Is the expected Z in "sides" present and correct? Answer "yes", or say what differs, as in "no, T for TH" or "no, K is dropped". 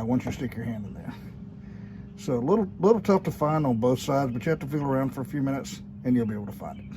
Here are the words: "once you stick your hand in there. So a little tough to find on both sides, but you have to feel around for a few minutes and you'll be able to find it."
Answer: yes